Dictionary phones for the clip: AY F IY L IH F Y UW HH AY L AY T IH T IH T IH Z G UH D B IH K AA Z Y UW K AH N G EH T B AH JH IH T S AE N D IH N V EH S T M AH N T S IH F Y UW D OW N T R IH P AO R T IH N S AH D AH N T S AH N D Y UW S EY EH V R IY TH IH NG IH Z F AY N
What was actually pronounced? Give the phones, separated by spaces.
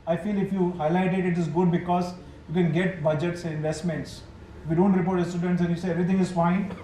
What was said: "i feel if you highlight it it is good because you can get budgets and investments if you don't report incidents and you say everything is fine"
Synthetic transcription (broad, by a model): AY F IY L IH F Y UW HH AY L AY T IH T IH T IH Z G UH D B IH K AA Z Y UW K AH N G EH T B AH JH IH T S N IH N V EH S T M AH N T S IH F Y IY D OW N T R IH P AO R T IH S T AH D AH N T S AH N Y UW S EY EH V R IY T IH NG IH Z F AY N